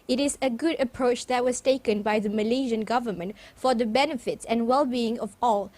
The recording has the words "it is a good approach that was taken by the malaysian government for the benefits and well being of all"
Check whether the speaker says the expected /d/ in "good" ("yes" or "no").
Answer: yes